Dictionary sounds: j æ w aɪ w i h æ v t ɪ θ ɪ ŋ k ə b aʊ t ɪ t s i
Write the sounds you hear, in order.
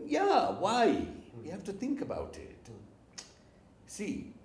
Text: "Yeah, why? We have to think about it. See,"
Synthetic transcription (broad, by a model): j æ w aɪ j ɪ h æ f t ɪ θ ɪ ŋ k ə b aʊ t ɪ t s i